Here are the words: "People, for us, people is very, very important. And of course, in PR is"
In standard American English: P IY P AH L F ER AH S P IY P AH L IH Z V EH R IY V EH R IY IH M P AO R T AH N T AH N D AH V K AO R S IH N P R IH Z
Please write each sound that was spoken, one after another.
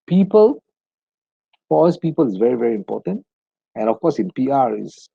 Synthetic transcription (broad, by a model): P IY P AH L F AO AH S P IY P AH L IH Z V EH R IY V EH R IY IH M P AO T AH N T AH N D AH F K AO S IH N P R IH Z